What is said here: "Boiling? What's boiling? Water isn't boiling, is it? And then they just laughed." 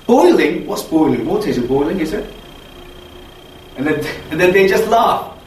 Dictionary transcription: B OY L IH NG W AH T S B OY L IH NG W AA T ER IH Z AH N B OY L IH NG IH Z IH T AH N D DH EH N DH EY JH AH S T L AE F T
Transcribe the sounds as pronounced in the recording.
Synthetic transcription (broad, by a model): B OY L IH NG W AH T S B OY L IH NG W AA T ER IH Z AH B OY L IH NG IH Z IH T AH N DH DH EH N DH EY JH AH S T L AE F